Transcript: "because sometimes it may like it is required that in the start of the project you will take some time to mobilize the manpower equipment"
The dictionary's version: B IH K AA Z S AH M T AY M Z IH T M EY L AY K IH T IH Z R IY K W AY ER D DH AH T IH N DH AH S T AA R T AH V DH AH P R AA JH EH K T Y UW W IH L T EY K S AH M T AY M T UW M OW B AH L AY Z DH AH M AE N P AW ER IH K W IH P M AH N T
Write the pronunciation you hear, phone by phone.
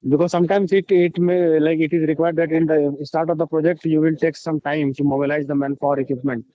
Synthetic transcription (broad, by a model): B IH K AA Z S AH M T AY M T IH T M EY L AY K IH T IH Z R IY K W AY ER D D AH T IH N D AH S T AA R T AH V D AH P R AA JH EH K T Y UW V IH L T EY K S AH M T AY M S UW M OW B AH L AY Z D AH M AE N F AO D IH K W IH P M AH N T